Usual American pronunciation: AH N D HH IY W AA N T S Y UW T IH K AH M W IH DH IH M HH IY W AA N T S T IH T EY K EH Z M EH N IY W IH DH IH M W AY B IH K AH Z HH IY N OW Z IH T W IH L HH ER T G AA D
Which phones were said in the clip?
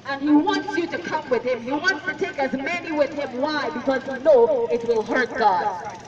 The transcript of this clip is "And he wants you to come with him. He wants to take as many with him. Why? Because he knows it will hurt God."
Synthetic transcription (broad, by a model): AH N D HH IY W AA N T S Y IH T IH K AH M W IH DH IH M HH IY W AA N T S T IH T EY K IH Z M EH N IY W IH DH IH M W AY B IH K AH Z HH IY N OW IH T W IH L HH ER T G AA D